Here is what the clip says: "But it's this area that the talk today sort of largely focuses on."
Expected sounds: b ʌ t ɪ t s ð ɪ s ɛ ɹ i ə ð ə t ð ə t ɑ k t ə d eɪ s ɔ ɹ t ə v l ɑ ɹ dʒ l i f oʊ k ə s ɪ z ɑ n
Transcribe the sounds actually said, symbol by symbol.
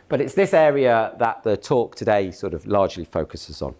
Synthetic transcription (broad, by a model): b ʌ t ɪ t s ð ɪ s ɛ ɹ i ə ð ə t ð ə t ɑ k t ə d eɪ s ɔ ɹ t ə v l ɑ dʒ l i f oʊ k ə s ɪ z n